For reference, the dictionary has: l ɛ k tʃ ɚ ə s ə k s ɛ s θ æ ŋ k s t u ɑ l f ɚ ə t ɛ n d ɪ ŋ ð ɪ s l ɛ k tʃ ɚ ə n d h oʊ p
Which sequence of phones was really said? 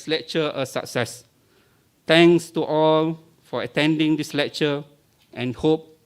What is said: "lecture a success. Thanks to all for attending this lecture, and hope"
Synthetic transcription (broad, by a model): l ɛ k tʃ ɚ ə s ə k s ɛ s t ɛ ŋ s t u ɑ l f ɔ ə t ɛ n d ɪ ŋ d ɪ s l ɛ k tʃ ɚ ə n h oʊ p